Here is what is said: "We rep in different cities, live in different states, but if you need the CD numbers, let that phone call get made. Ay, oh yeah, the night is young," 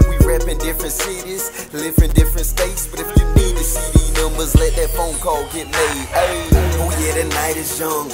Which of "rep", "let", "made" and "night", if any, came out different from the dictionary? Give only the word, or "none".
made